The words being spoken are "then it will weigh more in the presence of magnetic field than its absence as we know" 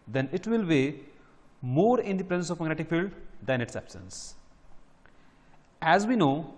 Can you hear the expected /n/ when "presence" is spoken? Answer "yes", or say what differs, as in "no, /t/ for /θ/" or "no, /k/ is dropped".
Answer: yes